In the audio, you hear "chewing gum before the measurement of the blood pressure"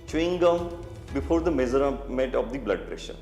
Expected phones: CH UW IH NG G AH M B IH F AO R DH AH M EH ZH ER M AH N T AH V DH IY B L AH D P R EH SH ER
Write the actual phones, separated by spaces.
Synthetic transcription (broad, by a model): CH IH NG G AH M B IH F AO R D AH M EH Z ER M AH T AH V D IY B L AH D P R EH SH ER